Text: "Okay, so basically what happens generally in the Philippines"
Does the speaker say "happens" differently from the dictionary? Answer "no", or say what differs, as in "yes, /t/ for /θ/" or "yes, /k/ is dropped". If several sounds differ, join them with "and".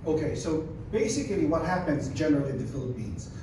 no